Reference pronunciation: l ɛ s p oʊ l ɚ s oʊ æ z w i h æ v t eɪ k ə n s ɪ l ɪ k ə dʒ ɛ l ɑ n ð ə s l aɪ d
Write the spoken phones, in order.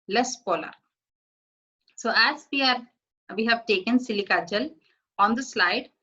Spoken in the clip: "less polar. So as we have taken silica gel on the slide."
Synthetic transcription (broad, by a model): l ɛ s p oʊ l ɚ s oʊ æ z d i h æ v t eɪ k ə n s ɪ l ɪ k ə tʃ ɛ l ɑ n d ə s l aɪ d